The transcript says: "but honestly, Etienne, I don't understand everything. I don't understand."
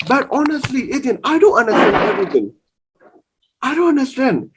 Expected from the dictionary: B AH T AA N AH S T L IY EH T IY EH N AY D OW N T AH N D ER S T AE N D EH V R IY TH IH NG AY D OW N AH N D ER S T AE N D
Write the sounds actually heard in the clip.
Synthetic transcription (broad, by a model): B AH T AA N AH S T L IY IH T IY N AY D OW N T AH N D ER S T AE N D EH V R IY T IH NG AY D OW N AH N D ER S T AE N D